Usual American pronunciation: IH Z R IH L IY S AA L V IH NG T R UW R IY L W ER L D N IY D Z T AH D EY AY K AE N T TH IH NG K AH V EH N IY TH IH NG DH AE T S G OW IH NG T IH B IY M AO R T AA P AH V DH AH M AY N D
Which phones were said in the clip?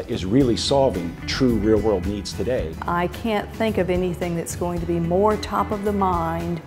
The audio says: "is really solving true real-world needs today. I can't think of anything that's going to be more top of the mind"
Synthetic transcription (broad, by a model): IH Z R IH L IY S AA L V IH NG T R UW R IY L W ER L D N IY D Z T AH D EY AY K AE N TH IH NG K AH V EH N IY TH IH NG DH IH T S G OW IH NG T IH B IY M AO R T AA P AH V DH AH M AY N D